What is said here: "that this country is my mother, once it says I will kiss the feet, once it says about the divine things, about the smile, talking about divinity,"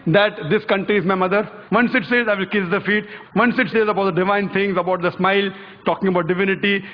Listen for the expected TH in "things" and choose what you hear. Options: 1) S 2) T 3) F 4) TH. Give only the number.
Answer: 2